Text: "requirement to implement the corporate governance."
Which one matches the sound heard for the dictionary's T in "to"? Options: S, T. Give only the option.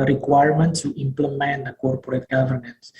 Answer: S